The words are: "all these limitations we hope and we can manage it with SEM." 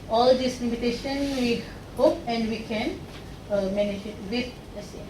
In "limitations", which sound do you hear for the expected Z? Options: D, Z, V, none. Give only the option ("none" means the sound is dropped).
none